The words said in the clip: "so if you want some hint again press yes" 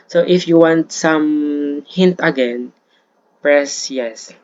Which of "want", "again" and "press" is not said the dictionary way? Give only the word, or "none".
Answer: none